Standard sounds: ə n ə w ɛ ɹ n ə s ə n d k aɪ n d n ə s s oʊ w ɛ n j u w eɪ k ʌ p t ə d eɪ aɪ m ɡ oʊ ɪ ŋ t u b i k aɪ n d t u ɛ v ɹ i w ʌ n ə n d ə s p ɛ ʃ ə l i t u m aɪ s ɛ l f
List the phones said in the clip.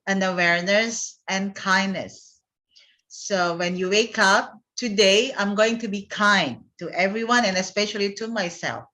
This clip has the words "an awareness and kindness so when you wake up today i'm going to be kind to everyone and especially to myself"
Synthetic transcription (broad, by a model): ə n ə w ɛ ɹ n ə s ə n k aɪ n n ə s s oʊ w ɛ n j u w eɪ k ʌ p t ə d eɪ aɪ m ɡ oʊ ɪ ŋ t u b i k aɪ n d t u ɛ v ɹ i w ʌ n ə n ə s p ɛ ʃ ə l i t u m aɪ s ɛ l f